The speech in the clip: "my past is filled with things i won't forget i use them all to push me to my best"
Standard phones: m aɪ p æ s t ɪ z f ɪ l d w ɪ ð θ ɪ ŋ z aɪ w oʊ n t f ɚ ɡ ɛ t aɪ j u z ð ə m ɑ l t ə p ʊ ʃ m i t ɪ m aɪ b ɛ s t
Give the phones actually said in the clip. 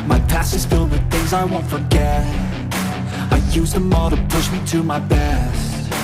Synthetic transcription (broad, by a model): m aɪ p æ s ɪ z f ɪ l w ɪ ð θ ɪ ŋ z aɪ w oʊ n t f ɚ ɡ ɛ t aɪ j u z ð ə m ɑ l t ə p ʊ ʃ m i t ɪ m aɪ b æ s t